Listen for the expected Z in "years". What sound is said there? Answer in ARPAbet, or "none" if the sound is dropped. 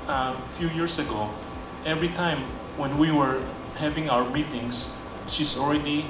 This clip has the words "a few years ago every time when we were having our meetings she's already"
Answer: S